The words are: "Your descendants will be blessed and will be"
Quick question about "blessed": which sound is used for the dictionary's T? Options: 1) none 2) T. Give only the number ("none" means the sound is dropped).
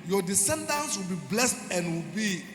2